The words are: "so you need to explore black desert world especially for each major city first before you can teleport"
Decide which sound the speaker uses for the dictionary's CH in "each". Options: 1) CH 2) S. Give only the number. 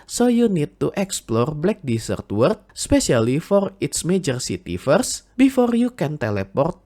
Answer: 2